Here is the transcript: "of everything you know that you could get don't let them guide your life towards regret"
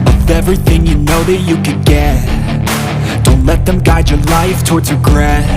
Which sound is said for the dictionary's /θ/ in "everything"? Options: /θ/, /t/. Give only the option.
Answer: /θ/